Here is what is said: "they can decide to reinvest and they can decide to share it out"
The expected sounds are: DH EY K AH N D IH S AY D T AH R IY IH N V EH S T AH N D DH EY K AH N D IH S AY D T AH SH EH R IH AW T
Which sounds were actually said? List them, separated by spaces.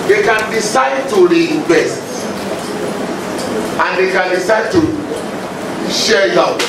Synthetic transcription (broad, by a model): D EY K AH N D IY S AY D T AH R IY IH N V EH S T AH N D EY K AH N D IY S AY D T AH SH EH L IH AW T